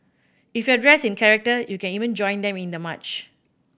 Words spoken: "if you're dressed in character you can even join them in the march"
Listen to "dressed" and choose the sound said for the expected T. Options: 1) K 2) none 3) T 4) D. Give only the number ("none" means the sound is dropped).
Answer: 2